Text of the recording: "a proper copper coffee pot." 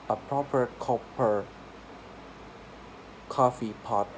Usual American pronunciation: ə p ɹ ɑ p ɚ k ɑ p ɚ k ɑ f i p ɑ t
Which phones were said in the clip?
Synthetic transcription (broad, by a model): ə p ɹ ɑ p ɚ k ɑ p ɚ k ɑ f i p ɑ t